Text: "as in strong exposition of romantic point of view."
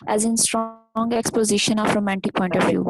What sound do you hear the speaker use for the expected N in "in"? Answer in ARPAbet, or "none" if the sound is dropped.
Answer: N